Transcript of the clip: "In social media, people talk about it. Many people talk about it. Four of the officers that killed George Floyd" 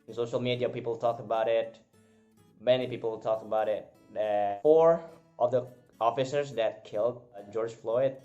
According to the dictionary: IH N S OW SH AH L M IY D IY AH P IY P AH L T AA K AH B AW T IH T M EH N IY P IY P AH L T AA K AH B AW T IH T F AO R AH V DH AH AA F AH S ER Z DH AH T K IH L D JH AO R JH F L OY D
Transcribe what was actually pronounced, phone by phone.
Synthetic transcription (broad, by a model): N S OW SH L M IY D IY AH P IY P L T AA K AH B AW T IH T M EH N IY P IY P L T AA K AH B AW T IH T F AO R AH V DH AH AA F AH S ER Z DH AH T K IH L D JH AO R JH F L OY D